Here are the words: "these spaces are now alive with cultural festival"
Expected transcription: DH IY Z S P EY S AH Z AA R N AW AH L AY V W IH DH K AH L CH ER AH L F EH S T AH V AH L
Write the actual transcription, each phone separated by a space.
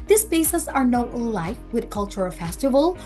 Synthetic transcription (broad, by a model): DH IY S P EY S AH S AA R N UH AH L AY F W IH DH K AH L CH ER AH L F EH S T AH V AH L